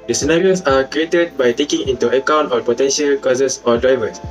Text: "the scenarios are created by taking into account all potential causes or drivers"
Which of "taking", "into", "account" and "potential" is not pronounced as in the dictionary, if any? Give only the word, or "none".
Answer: none